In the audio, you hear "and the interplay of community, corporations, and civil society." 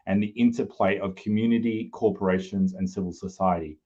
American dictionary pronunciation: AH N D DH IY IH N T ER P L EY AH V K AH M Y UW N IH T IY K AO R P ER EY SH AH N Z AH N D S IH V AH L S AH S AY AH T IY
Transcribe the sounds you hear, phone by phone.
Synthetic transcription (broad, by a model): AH N DH IY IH N T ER P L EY AH V K AH M Y UW N IH T IY K AO R P ER EY SH AH N Z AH N S IH V AH L S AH S AY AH T IY